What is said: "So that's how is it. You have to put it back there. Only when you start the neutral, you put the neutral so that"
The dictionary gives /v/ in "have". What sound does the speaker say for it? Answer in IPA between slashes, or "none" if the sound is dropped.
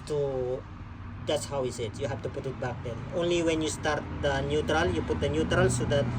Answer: /f/